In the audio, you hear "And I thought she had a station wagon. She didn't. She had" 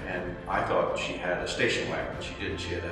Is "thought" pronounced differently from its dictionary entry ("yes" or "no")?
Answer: no